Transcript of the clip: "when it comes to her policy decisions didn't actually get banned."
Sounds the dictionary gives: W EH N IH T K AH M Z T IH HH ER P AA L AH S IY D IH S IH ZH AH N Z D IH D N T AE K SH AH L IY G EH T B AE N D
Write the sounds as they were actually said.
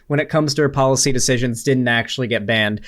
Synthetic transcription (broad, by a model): W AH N IH T K AH M Z T IH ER P AA L AH S IY D IH S IH ZH AH N Z D IH D N T AE K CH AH L IY G EH T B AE N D